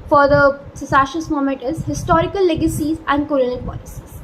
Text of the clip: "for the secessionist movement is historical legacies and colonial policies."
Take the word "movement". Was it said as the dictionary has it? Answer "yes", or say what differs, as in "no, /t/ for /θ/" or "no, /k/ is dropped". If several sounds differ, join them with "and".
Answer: no, /v/ is dropped